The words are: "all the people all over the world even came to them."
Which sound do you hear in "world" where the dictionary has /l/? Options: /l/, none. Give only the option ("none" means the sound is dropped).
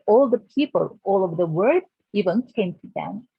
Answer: none